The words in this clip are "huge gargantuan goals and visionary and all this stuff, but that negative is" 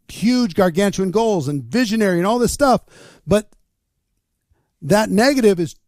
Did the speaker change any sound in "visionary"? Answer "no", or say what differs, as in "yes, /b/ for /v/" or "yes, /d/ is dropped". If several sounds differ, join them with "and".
no